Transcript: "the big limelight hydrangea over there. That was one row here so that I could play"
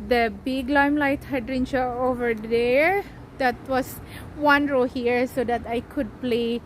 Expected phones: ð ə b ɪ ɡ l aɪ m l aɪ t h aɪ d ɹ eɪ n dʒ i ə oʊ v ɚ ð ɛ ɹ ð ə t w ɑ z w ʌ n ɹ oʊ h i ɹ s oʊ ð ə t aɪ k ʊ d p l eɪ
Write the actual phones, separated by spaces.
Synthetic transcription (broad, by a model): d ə b ɪ ɡ l aɪ m l aɪ t h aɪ d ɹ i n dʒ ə oʊ v ɚ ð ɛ ɹ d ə t w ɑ s w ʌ n ɹ oʊ h i ɹ s oʊ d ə t aɪ k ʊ d p l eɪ